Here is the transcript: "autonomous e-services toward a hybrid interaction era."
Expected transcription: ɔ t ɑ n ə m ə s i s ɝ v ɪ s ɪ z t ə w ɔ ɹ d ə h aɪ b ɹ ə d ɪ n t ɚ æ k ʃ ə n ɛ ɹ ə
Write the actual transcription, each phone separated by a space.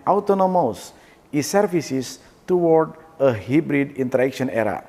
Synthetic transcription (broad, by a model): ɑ t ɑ n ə m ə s i s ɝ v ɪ s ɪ s t ə w ɔ ɹ d ə h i b ɹ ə d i n t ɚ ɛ k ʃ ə n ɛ ɹ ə